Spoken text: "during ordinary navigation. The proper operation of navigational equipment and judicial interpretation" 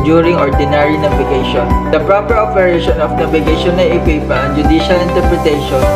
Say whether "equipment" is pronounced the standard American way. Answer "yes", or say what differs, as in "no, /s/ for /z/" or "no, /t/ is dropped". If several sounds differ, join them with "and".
no, /m/ is dropped